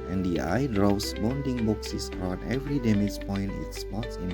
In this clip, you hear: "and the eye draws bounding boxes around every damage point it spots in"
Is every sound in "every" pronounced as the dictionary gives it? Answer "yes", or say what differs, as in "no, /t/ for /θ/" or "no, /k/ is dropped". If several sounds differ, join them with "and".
yes